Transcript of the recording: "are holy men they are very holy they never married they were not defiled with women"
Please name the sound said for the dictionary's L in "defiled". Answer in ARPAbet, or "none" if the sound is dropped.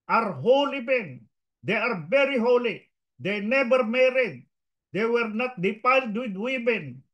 none